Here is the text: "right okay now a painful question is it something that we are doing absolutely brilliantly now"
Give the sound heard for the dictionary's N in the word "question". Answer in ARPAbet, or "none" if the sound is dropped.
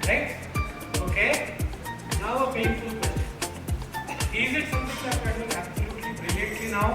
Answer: none